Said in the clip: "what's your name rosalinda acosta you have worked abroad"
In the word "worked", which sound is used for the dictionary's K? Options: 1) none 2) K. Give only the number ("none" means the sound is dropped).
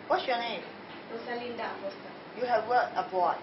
1